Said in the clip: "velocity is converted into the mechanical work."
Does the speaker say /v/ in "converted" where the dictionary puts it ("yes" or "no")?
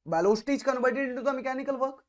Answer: no